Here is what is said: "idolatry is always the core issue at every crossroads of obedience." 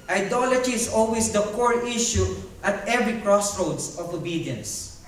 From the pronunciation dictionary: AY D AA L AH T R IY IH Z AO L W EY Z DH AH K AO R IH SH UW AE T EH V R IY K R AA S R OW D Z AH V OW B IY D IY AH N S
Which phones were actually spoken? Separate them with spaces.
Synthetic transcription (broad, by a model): AY D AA L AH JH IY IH S AO L W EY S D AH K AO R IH SH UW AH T EH V R IY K R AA S R OW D S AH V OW B IY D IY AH N S